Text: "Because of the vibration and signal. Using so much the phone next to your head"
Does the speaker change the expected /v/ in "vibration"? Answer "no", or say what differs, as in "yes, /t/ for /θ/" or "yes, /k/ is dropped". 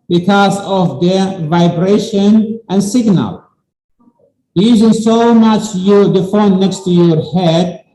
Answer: no